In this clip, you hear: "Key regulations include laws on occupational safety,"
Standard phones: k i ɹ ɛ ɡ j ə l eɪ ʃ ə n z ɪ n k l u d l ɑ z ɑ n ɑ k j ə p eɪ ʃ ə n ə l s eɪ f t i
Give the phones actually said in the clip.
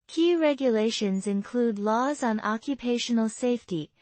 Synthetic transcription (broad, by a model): k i ɹ ɛ ɡ j ə l eɪ ʃ ə n z ɪ n k l u d l ɑ z n ɑ k j ə p eɪ ʃ ə n ə l s eɪ f t i